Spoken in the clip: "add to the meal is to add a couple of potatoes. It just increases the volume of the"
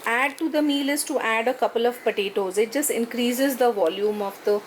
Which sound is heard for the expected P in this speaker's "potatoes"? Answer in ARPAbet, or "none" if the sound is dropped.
P